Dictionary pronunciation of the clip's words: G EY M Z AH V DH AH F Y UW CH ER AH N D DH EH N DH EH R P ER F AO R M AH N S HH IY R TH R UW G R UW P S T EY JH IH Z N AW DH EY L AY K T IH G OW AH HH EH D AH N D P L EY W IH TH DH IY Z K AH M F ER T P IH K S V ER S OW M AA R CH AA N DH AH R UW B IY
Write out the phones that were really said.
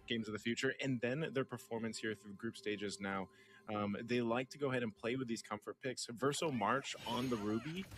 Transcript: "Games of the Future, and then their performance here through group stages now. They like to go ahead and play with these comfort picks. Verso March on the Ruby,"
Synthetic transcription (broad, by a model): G EY M Z AH V DH AH F Y UW CH ER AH N DH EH N DH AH R P ER F AO R M AH N S HH IY R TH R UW G R UW P S T EY JH IH Z N AW DH EY L AY K T IH G OW AH HH EH D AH N P L EY W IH DH IY Z K AH M F ER T P IH K S V ER S OW M AA R CH N DH AH R UW B IY